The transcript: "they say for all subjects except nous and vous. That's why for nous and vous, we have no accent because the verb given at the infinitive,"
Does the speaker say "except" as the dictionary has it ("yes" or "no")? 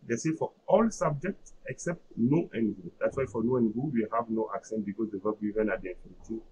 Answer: yes